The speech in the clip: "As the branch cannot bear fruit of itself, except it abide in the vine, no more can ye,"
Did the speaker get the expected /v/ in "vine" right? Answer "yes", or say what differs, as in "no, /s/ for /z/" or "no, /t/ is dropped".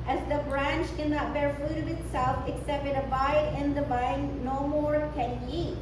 no, /b/ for /v/